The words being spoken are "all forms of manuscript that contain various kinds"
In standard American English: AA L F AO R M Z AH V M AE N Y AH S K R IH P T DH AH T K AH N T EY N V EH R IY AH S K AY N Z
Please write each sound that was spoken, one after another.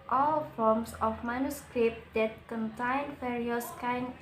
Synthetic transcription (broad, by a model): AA L F AO M S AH F M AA N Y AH S K R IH P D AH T K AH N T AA N F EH R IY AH S K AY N